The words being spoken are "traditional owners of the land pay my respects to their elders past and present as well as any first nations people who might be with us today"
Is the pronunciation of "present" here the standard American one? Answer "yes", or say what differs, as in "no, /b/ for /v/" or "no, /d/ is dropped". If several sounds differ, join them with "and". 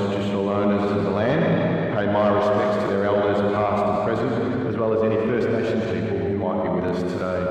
yes